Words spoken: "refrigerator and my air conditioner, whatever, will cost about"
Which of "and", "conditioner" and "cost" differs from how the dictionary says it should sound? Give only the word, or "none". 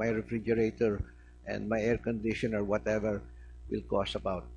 cost